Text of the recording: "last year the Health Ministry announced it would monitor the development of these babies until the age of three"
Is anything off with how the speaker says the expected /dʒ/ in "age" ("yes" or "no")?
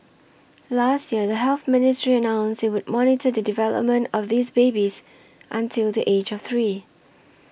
no